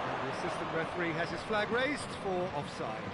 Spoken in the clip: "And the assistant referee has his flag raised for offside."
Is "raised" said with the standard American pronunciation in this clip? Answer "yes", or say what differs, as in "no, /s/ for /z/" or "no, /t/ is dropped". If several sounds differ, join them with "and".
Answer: yes